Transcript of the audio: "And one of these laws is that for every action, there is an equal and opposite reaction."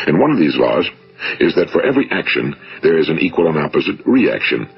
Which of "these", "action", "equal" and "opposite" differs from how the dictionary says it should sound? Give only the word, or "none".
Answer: none